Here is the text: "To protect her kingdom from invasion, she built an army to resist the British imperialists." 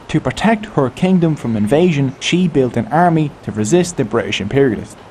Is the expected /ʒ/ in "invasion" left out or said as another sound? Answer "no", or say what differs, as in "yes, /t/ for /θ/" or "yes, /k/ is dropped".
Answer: no